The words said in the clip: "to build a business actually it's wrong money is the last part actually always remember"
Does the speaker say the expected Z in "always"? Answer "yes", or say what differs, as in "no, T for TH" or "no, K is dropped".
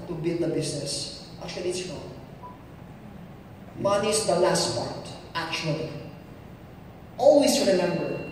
no, S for Z